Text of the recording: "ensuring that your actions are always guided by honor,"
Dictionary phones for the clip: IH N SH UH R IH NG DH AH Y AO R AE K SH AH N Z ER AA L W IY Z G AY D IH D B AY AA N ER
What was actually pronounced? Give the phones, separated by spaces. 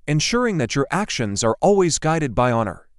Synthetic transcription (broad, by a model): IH N SH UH R IH NG DH AH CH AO R AE K SH AH N Z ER AA L W IY Z G AY D IH D B AY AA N ER